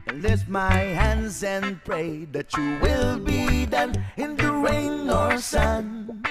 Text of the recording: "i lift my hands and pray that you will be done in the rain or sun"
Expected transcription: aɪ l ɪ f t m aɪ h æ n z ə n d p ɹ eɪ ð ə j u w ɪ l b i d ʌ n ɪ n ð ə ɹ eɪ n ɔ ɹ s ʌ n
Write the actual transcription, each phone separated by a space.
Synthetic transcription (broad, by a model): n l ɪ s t m aɪ h æ n z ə n p ɹ eɪ ð ə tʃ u w ɪ l b i d ʌ n ɪ n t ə ɹ eɪ n ɔ ɹ s ʌ n